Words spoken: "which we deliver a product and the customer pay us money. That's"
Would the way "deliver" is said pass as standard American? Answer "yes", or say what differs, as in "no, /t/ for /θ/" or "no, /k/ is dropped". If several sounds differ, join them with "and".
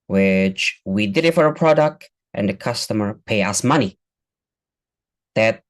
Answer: no, /f/ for /v/